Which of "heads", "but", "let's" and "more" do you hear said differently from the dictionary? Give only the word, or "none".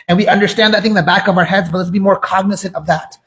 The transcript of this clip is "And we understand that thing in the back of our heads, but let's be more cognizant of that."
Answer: none